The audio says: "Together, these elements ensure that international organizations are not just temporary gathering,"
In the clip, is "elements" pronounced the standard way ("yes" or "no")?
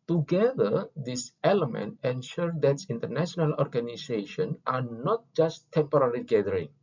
no